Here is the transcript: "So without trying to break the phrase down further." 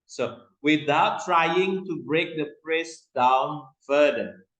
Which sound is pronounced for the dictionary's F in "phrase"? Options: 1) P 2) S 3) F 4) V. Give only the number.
1